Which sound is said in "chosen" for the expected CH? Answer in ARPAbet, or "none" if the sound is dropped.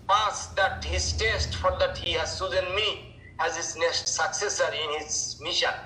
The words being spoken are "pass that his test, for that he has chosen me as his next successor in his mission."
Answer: S